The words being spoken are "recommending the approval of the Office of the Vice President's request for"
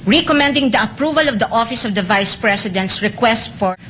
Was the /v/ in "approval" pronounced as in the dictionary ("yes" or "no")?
yes